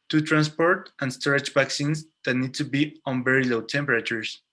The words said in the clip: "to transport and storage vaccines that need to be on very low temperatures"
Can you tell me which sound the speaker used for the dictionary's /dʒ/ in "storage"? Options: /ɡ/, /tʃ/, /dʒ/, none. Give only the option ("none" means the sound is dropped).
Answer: /tʃ/